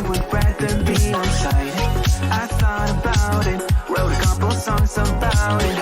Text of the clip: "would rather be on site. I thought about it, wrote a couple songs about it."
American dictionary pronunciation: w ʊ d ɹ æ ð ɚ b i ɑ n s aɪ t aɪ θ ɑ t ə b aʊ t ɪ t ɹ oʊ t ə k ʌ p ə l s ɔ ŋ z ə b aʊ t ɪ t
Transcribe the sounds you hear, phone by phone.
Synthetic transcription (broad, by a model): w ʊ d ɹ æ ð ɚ b i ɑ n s aɪ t aɪ s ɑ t ə b aʊ t ɪ t w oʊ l ə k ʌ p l s ɔ ŋ z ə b aʊ t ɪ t